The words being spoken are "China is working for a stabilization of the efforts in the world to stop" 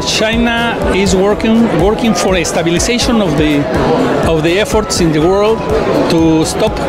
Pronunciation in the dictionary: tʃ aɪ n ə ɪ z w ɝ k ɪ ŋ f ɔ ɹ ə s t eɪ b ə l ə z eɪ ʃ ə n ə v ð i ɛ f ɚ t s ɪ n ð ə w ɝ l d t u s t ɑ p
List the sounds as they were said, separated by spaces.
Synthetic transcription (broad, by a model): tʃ aɪ n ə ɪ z w ɝ k ɪ ŋ f ɔ ɹ ə s t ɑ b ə l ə s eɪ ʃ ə n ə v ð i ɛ f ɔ t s ɪ n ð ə w ɝ l d t u s t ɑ p